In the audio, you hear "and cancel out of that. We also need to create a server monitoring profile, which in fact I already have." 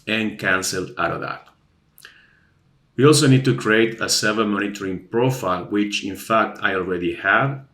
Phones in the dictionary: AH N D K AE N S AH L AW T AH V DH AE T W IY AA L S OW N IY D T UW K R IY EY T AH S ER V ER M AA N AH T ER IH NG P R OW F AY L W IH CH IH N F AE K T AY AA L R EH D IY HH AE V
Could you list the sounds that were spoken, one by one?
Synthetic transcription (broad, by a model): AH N K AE N S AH L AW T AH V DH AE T W IY AA L S OW N IY D T UW K R IY EY T AH S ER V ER M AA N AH T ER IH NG P R OW F AY L W IH CH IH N F AE K T AY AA L R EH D IY HH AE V